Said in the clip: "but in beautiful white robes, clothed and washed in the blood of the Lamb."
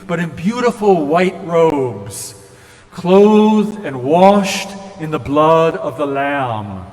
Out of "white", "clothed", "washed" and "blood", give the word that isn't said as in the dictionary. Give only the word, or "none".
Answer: none